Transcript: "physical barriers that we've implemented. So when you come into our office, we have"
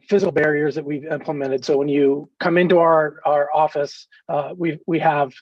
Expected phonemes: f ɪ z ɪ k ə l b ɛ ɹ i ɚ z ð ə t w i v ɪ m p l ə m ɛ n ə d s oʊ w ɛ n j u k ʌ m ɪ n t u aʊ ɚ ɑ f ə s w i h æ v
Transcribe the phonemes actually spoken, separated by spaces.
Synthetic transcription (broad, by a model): f ɪ z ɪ k l b ɛ ɹ i ɚ z ð ə t w i v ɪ m p l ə m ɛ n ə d s oʊ w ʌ n j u k ʌ m ɪ n t u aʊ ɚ ɑ f ə s w i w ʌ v